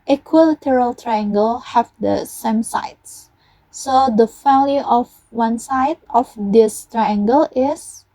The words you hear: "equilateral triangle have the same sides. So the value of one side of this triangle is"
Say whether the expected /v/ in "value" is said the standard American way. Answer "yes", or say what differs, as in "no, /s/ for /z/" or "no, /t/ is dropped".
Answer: no, /f/ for /v/